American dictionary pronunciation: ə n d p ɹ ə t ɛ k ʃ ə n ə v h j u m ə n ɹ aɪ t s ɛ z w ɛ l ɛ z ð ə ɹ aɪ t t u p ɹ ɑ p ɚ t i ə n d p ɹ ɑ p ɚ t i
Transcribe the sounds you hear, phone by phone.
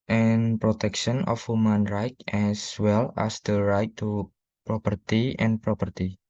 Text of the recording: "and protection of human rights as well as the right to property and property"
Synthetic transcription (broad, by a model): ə n p ɹ ə t ɛ k ʃ ə n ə f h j u m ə n ɹ aɪ t ɛ s w ɛ l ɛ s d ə ɹ aɪ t t u p ɹ ɑ p ɚ t i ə n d p ɹ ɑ p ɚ t i